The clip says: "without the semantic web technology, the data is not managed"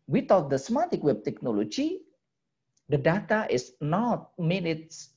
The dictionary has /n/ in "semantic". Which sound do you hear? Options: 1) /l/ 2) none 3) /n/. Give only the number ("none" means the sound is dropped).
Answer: 2